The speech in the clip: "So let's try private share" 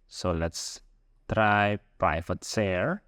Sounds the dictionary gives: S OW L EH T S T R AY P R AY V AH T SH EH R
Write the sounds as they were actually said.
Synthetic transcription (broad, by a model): S OW L EH T S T R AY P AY F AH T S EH R